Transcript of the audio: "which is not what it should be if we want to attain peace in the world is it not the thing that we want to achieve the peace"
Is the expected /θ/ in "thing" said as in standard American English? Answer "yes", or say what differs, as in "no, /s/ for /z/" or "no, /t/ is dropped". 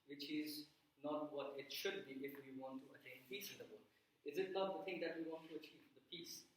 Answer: no, /t/ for /θ/